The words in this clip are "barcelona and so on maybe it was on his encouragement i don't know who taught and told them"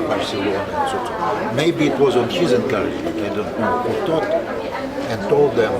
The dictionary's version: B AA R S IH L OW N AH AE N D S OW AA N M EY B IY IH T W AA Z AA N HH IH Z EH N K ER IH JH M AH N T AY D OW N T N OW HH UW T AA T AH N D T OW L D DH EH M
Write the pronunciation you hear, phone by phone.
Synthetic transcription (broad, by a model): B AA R S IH L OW N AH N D S OW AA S M EY B IY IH T W AA Z AA N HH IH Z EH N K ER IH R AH T AY D OW N T N OW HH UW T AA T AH N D T OW L D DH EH M